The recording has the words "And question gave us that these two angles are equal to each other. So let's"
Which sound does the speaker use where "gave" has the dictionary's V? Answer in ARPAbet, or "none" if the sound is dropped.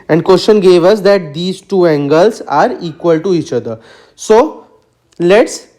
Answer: V